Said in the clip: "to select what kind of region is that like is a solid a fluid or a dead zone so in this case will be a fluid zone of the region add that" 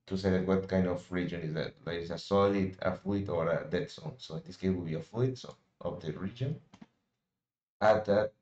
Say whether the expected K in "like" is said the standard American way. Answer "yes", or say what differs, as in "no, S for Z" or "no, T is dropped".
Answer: no, K is dropped